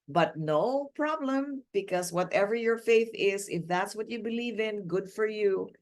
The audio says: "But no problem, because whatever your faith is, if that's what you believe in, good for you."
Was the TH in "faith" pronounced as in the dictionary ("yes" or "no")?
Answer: yes